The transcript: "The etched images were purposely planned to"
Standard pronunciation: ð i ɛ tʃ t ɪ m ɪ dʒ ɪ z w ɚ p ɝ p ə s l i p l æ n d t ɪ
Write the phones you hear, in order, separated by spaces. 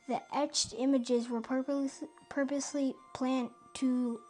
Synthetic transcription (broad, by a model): ð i ɛ tʃ t ɪ m ɪ dʒ ɪ z w ɚ p ɝ p ə s l i p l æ n t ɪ